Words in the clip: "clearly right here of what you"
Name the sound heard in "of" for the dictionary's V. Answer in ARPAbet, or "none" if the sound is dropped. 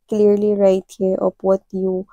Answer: P